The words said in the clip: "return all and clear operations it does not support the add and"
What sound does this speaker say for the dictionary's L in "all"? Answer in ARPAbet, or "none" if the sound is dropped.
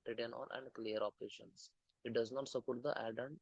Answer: N